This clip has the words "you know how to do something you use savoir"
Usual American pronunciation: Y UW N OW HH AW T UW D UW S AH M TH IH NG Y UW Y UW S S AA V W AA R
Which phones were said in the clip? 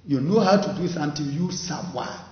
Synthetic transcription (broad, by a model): Y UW N OW HH AW T UW D UW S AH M T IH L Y Y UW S S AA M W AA